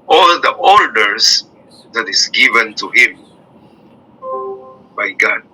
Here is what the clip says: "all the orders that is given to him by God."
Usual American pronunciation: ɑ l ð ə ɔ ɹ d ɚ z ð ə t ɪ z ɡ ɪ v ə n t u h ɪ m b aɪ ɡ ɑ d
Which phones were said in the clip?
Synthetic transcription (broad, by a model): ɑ l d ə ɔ l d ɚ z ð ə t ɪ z ɡ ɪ v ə n t u h ɪ m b aɪ ɡ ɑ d